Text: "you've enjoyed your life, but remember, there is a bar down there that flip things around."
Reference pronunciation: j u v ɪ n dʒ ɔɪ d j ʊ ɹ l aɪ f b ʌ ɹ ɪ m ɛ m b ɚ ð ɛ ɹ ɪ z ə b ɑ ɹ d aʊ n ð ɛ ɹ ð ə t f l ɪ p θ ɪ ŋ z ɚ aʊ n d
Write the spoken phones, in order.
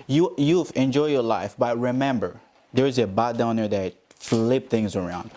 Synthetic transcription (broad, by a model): j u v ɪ n dʒ ɔɪ j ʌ ɹ l aɪ f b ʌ ɹ ɪ m ɛ m b ɚ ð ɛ ɹ ɪ z ə b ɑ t d aʊ n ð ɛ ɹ ð ə t f l ɪ p θ ɪ ŋ z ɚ aʊ n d